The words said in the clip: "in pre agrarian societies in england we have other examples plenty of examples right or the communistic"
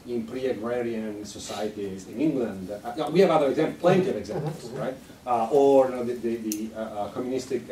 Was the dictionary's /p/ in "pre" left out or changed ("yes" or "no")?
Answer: no